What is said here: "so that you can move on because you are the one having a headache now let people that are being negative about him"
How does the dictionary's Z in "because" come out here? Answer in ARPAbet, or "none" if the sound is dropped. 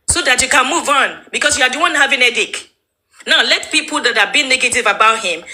S